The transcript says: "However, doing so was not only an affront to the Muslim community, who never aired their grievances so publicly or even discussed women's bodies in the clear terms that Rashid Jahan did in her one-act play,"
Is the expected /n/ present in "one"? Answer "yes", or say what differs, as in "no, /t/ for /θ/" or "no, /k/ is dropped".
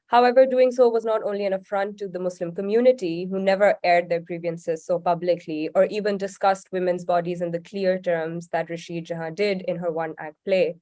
yes